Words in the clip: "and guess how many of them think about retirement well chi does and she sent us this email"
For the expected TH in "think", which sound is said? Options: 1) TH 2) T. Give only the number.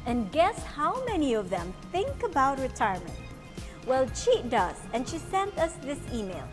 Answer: 1